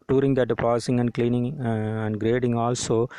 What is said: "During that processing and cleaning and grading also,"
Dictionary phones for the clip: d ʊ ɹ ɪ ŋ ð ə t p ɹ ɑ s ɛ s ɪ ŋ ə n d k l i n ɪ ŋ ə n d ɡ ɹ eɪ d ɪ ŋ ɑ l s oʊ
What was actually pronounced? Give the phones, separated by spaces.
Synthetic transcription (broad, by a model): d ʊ ɹ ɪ ŋ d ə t p ɑ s s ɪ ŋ ə n d k l i n ɪ ŋ ə n d ɡ ɹ eɪ d ɪ ŋ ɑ l s oʊ